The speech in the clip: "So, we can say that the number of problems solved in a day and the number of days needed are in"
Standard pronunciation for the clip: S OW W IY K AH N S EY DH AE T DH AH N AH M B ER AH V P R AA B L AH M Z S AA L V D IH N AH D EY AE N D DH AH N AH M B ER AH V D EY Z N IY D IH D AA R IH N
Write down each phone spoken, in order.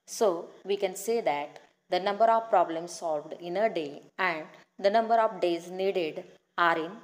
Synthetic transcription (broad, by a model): S OW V IY K AH N S EY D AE T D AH N AH M B ER AH V P R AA B L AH M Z S AA L V D IH N AH D EY AE N D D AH N AH M B ER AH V D EY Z N IY D IH D AA R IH N